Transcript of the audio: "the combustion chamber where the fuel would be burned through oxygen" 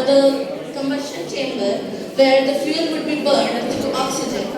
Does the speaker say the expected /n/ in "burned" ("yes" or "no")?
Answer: yes